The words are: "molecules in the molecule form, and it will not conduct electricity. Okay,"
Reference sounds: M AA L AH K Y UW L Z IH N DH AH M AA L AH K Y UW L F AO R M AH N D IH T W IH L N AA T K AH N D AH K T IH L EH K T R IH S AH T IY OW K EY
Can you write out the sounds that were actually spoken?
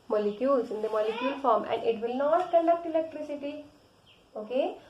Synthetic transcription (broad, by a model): M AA L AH K Y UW L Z IH N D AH M AA L AH K Y UW L F AO R M AH N D IH T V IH L N AA T K AH N D AH K T IH L EH K T R IH S AH T IY OW K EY